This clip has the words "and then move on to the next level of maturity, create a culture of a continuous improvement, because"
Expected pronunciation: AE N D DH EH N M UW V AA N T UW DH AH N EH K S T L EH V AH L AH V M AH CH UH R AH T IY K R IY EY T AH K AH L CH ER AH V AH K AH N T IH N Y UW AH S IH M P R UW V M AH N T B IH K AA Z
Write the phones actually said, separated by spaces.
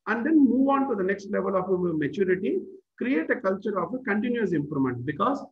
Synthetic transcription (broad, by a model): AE N D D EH N M UW V AA N T UW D AH N EH K S T L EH V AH L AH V M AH CH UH R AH T IY K R IY EY T AH K AH L CH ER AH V AH K AH N T IH N Y UW AH S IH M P R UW M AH N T B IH K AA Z